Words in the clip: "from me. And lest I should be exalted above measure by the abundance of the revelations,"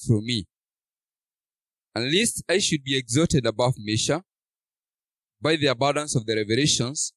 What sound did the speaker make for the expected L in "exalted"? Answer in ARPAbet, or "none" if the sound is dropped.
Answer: none